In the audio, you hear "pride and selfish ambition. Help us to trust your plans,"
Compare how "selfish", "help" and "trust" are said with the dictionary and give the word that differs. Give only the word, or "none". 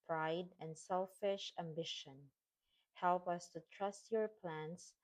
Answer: none